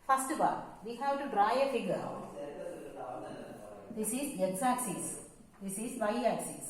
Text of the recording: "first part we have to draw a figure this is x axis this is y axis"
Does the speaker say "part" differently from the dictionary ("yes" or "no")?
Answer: yes